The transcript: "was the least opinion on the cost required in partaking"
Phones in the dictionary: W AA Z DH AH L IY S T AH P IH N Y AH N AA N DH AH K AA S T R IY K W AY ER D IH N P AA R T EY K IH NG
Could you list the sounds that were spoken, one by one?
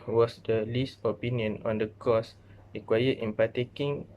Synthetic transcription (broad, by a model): W AA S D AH L IY S T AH P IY N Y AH N AA N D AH K AA S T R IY K W AY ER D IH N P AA T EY K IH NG